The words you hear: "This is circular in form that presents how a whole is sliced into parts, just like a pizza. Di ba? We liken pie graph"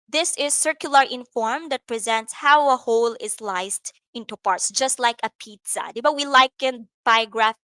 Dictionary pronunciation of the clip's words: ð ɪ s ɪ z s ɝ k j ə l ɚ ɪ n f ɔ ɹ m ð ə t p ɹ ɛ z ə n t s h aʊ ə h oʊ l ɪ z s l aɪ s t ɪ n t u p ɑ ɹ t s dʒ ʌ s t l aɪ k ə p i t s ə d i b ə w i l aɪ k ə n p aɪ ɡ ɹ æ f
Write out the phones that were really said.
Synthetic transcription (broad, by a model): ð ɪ s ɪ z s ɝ k j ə l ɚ ɪ n f ɔ ɹ m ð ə t p ɹ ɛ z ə n t s h aʊ ə h oʊ l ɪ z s l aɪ s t ɪ n t u p ɑ ɹ t s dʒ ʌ s t l aɪ k ə p i t s ə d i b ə w i l aɪ k ə n b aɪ ɡ ɹ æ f